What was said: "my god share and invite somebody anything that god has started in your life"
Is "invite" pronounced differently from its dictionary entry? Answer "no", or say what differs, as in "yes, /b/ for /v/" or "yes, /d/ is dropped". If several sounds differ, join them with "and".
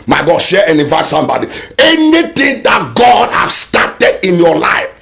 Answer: yes, /n/ is dropped